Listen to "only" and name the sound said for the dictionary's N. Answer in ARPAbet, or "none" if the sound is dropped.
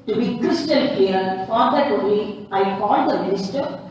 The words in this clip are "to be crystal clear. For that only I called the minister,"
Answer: none